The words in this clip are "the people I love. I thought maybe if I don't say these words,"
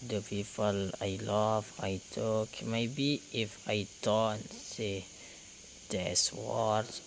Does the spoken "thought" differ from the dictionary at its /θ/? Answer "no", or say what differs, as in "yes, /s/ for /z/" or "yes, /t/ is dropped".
yes, /t/ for /θ/